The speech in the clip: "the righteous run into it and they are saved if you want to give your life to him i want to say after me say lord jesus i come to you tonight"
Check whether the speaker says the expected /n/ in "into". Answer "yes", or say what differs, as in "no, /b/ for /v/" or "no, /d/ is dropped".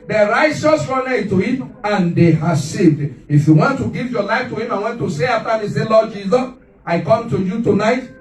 no, /n/ is dropped